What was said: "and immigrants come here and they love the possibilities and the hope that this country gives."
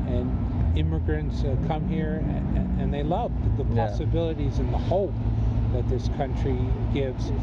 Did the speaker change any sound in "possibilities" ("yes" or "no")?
no